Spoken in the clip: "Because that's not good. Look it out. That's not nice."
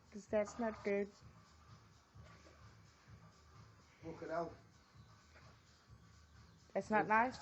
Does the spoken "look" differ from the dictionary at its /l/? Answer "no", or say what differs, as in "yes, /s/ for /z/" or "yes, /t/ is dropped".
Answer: yes, /w/ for /l/